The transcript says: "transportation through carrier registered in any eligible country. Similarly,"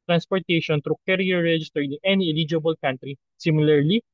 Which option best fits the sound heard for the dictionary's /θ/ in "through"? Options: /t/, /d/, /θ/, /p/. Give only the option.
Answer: /t/